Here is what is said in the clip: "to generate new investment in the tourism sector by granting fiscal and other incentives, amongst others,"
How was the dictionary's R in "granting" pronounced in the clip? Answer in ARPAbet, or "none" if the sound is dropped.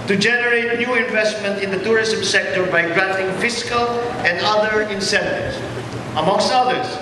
R